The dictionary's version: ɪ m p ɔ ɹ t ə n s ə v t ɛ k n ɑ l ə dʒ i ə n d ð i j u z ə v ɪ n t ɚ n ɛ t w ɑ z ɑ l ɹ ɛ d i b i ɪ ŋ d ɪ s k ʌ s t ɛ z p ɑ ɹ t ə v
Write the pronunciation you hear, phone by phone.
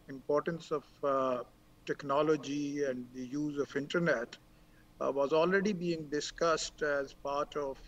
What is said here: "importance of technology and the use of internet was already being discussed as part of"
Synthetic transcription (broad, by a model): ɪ m p ɔ ɹ t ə n s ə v t ɛ k n ɑ l ə dʒ i ə n d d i j u z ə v ɪ n t ɚ n ɛ t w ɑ z ɑ l ɹ ɛ d i b i ɪ ŋ d ɪ s k ʌ s t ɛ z p ɑ ɹ t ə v